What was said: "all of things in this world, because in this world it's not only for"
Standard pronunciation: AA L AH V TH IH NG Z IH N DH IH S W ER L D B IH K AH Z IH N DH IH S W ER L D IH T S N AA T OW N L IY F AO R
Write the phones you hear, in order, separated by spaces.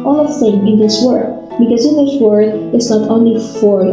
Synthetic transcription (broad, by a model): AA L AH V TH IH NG IH N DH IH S W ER D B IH K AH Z IH N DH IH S W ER D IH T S N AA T OW N L IY F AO R